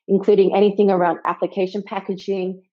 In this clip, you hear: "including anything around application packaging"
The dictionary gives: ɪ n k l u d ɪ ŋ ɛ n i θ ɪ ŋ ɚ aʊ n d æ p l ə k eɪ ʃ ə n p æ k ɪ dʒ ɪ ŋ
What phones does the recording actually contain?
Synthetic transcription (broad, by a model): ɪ n k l u d ɪ ŋ ɛ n i θ ɪ ŋ ɚ aʊ n d æ p l ə k eɪ ʃ ə n p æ k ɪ dʒ ɪ ŋ